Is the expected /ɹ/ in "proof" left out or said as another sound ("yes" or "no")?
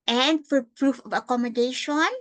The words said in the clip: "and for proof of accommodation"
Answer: no